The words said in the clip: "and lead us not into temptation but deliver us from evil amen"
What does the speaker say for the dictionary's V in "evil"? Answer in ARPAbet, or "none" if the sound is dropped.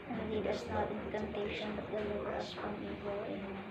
W